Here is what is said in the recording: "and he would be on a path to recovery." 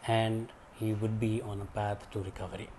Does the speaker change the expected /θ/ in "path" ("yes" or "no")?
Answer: yes